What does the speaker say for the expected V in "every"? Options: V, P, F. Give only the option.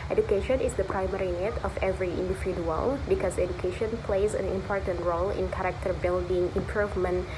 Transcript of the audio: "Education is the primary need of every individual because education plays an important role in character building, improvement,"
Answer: V